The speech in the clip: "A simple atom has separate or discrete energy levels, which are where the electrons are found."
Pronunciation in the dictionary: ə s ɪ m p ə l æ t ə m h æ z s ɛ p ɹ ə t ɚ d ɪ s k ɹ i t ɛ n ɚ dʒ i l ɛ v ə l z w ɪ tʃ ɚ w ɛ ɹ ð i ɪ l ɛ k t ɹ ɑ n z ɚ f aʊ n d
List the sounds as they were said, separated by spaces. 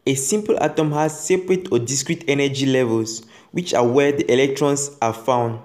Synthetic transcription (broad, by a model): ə s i m p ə l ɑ t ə m h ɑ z s ɛ p ɹ ə t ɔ d ɪ s k ɹ i t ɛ n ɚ dʒ i l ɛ v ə l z w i tʃ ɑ w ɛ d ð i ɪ l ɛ k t ɹ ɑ n s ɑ f aʊ n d